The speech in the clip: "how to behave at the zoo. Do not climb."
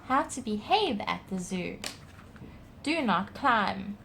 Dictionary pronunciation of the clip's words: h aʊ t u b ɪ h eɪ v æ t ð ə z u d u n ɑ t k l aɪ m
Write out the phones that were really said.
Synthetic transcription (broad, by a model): h aʊ t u b ɪ h eɪ v æ t ð ə z u d u n ɑ t k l aɪ m